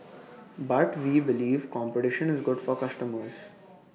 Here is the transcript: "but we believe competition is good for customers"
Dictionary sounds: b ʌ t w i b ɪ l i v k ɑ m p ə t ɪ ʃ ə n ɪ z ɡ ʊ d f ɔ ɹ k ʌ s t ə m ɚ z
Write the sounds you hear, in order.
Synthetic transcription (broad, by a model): b ʌ t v i b ɪ l i v k ɑ m p ə t ɪ ʃ ə n ɪ z ɡ ʊ d f ɔ ɹ k ʌ s t ə m ɚ z